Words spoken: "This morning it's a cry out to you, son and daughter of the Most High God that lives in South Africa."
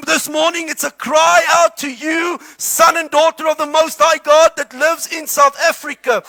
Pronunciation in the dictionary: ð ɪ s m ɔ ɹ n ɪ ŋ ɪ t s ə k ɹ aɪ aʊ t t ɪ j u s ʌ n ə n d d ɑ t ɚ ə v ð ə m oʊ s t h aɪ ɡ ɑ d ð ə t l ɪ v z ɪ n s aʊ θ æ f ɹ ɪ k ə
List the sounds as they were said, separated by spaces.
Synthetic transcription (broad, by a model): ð ɪ s m ɔ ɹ n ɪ ŋ ɪ t s ə k ɹ aɪ aʊ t t ɪ j u s ʌ n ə n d d ɑ t ɚ ə v ð ə m oʊ s t h aɪ ɡ ɑ d ð ə t l ɪ v z ɪ n s aʊ θ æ f ɹ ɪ k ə